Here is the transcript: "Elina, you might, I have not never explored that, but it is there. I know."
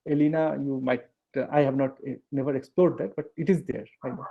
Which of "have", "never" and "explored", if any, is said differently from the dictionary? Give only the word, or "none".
none